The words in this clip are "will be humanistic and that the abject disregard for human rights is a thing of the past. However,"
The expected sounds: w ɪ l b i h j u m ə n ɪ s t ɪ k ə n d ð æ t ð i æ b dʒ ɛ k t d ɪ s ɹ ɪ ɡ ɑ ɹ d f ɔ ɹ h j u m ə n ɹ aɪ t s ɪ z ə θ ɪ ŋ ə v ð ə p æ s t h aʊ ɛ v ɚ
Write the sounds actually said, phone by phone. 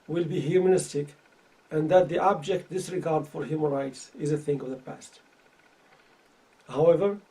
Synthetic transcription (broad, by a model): w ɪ l b i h j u m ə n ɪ s t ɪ k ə n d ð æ t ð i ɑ b dʒ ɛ k t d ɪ s ɹ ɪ ɡ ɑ ɹ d f ɔ ɹ h j u m ə n ɹ aɪ t s ɪ z ə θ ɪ ŋ ə v ð ə p æ s t h aʊ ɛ v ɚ